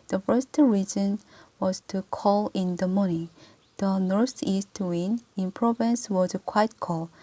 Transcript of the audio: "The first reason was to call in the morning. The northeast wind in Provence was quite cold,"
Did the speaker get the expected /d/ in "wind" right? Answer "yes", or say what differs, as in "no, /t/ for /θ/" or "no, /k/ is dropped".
no, /d/ is dropped